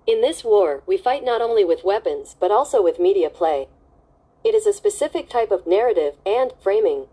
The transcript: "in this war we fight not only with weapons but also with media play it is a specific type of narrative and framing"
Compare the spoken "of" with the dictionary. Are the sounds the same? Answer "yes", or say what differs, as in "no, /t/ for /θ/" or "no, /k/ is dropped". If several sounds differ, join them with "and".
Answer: yes